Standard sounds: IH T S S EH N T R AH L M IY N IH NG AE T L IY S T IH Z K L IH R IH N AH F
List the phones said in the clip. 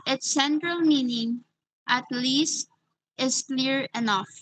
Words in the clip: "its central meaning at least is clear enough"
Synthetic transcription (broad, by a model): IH T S S EH N T R AH L M IY N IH NG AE T L IY S T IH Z K L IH R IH N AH F